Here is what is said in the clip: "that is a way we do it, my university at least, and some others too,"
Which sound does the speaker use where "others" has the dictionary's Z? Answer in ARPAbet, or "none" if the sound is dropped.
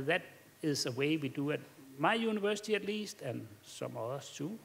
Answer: S